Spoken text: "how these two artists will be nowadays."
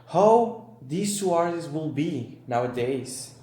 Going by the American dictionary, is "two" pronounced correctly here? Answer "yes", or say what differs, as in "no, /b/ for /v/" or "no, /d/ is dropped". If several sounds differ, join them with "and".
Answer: no, /s/ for /t/